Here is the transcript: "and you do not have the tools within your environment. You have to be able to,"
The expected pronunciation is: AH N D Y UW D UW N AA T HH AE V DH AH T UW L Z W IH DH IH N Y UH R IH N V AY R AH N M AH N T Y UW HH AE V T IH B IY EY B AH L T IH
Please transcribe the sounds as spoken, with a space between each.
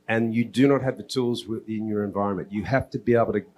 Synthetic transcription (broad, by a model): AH N Y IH D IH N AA T HH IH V DH AH T UW L Z W IH DH IH N Y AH R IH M V AY R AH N M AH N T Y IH HH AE F T IH B IY EY B L T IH